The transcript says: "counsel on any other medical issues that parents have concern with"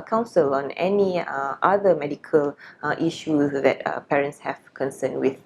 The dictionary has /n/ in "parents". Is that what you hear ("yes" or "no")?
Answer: yes